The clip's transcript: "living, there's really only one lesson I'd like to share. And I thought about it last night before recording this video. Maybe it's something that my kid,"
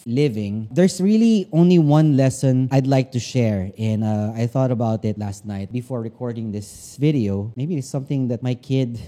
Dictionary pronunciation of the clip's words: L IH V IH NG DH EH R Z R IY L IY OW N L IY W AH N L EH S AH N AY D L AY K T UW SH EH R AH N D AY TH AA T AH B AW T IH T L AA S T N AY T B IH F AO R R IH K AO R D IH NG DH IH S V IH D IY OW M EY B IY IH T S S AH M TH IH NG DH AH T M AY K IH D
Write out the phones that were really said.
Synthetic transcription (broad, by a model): L IH V IH NG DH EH R S R IY L IY OW N L IY W AH N L EH S AH N AY D L AY K T UW SH EH R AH N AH AY TH AA T AH B AW T IH T L AA S T N AY T B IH F AO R R IH K AO R D IH NG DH IH S V IH D IY OW M EY B IY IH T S S AH M TH IH NG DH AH T M AY K IH D